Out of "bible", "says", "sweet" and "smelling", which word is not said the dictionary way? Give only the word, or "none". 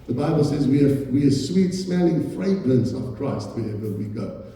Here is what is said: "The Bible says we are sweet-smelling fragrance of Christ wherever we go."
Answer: none